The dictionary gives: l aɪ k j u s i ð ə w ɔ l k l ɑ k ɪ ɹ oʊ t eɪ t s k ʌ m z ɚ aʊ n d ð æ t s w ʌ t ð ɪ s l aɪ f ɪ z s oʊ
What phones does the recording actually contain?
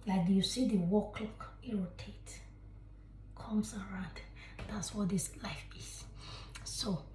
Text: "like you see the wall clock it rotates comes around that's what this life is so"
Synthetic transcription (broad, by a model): l aɪ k j u s i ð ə w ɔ k l ɑ k ɪ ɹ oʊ t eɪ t k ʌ m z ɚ aʊ n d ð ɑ t s w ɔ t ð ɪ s l aɪ f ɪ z s oʊ